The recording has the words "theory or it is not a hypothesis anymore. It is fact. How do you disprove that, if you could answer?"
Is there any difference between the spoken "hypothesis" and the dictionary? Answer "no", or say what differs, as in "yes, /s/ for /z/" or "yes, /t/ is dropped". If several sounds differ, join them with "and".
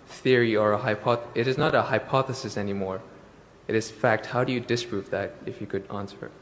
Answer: no